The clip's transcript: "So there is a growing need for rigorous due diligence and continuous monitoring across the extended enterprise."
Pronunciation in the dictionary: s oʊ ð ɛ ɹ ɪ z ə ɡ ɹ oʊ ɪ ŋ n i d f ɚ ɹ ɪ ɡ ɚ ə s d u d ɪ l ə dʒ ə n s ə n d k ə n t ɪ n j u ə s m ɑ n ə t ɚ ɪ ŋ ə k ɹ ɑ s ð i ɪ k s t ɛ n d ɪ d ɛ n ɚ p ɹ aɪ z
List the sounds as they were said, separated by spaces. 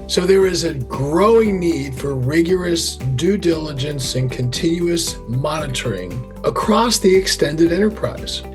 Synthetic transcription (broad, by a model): s oʊ ð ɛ ɹ ɪ z ə ɡ ɹ oʊ ɪ ŋ n i d f ɚ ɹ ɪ ɡ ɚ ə s d u d ɪ l ə dʒ ə n s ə n k ə n t ɪ n j u ə s m ɑ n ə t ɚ ɪ ŋ ə k ɹ ɑ s ð i ɪ k s t ɛ n d ɪ d ɛ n ɚ p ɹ aɪ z